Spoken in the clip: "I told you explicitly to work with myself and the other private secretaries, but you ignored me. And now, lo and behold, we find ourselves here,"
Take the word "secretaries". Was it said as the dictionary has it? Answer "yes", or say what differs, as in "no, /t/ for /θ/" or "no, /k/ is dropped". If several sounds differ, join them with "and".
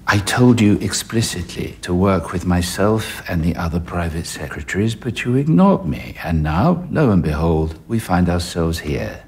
yes